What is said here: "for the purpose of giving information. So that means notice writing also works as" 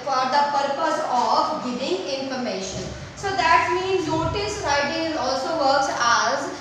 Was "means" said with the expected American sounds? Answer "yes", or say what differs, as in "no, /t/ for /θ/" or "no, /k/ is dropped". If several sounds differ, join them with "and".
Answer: yes